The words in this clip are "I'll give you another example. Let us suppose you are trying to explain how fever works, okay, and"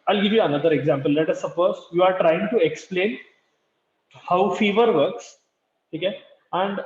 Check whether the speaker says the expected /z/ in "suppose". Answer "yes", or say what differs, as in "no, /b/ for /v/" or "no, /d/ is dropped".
no, /s/ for /z/